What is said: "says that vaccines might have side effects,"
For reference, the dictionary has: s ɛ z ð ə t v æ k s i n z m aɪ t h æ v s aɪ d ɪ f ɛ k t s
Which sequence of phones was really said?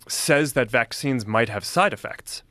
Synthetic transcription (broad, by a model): s ɛ z ð ə t v æ k s i n z m aɪ t h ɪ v s aɪ d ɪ f ɛ k t s